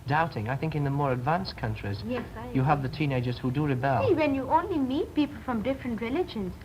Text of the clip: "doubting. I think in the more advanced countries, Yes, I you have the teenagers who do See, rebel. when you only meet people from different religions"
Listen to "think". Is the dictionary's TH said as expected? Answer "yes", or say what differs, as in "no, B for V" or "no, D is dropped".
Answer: yes